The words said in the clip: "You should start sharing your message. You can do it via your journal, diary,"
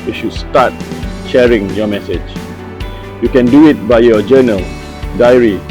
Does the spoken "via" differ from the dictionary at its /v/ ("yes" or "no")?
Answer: yes